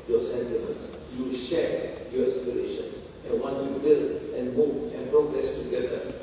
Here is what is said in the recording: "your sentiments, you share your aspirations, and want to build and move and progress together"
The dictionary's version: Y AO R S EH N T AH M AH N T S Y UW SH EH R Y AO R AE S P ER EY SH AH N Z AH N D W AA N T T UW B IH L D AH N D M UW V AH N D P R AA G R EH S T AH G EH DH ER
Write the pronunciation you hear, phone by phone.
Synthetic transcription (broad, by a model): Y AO S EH N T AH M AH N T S Y UW SH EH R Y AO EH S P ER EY SH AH N S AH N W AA N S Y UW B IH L AH N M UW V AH N P R AA G R EH S T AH G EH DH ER